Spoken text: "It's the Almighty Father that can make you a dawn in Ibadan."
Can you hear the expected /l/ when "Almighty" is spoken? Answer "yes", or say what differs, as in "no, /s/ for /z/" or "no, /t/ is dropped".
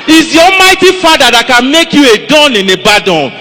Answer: no, /l/ is dropped